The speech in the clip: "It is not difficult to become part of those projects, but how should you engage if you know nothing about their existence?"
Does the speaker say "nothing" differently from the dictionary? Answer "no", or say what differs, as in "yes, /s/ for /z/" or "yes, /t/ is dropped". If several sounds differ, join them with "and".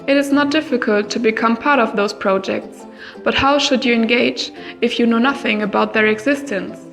no